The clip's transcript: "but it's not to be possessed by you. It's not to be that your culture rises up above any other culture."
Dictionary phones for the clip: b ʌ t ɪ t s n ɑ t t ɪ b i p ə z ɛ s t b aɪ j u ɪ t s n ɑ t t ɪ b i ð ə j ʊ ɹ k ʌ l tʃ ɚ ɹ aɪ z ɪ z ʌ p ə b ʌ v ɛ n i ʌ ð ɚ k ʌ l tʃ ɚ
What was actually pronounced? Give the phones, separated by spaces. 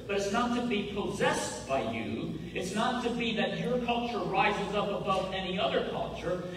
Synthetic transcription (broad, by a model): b ʌ t ɪ t s n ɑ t t ɪ b i p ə z ɛ s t b aɪ j u ɪ t s n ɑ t t ɪ b i ð ə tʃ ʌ ɹ k ʌ l tʃ ɚ ɹ aɪ z ɪ z ʌ p ə b ʌ v ɛ n i ʌ ð ɚ k ʌ l tʃ ɚ